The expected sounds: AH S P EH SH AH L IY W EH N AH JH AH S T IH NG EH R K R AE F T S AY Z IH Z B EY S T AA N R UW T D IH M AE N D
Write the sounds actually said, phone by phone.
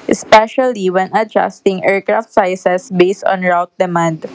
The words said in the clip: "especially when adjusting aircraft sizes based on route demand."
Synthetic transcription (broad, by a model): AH S P EH SH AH L IY W EH N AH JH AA S T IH NG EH R K R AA F T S AY S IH S B EY S T AA N R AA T D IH M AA N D